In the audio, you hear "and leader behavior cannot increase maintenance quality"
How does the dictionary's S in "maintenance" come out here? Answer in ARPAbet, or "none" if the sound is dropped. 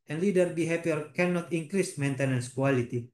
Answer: S